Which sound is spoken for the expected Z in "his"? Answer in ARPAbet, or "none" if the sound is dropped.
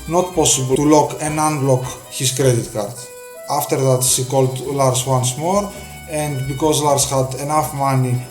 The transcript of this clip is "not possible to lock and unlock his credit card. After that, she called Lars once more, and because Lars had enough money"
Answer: S